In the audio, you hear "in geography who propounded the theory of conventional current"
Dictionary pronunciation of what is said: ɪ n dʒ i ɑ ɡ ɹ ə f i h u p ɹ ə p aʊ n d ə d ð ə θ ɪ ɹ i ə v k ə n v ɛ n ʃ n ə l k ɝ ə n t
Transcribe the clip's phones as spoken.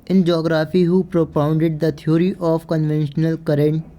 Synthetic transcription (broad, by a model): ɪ n dʒ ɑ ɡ ɹ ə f i h u p ɹ ə p aʊ n d ə d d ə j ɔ ɹ i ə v k ə n v ɛ n ʃ n ə l k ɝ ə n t